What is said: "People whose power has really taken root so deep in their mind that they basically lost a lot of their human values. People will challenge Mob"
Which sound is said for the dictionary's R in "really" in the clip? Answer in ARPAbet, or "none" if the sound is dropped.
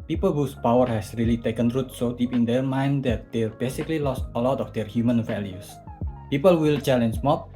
R